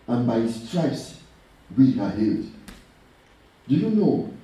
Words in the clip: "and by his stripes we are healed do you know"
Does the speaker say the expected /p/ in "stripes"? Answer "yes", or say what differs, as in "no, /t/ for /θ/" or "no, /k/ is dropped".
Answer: no, /p/ is dropped